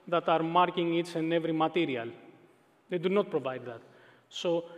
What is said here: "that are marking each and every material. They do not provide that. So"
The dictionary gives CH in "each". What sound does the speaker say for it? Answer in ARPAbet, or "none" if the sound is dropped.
S